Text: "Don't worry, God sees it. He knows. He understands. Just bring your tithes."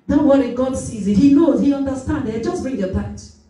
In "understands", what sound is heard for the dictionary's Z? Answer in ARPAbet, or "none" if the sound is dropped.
none